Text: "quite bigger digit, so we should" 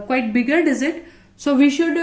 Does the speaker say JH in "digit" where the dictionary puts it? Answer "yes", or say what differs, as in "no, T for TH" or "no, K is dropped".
no, Z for JH